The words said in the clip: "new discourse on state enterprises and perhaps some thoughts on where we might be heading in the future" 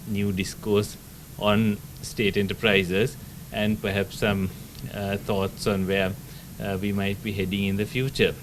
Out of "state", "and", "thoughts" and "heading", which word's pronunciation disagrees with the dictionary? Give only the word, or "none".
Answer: thoughts